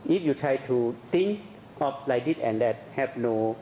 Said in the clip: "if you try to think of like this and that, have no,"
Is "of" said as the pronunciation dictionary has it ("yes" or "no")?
no